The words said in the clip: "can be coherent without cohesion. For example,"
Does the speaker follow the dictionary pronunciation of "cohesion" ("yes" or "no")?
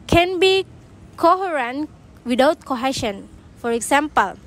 no